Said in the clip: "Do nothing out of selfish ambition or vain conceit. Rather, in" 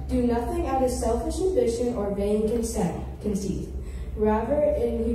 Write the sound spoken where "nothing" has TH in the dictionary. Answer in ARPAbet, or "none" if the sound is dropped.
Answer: TH